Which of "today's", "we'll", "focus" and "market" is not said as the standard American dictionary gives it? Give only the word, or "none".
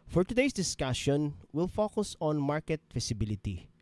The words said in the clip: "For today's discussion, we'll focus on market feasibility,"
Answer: today's